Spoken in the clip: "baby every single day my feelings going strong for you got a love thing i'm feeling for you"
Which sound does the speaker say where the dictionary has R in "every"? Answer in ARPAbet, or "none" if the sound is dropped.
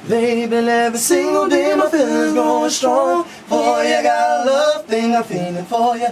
none